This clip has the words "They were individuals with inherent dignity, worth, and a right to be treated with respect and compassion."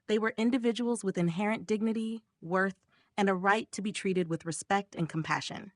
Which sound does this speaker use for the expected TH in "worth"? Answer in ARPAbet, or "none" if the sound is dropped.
TH